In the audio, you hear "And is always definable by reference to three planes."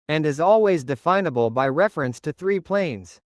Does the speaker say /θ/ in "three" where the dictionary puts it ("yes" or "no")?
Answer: yes